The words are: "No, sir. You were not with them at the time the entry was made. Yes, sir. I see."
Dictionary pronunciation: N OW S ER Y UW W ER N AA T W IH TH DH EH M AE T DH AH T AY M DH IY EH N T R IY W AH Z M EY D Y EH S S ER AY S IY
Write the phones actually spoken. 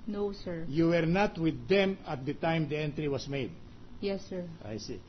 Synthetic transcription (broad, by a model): N OW S ER Y UW W ER N AA T W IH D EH M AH T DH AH T AY M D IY EH N T R IY W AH S M EY D Y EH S S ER AY S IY